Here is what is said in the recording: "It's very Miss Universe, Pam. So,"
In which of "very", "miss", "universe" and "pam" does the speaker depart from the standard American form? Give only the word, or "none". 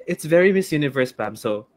pam